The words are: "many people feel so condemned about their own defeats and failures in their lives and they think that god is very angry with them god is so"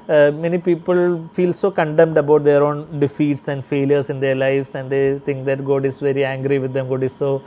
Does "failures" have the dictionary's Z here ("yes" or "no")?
no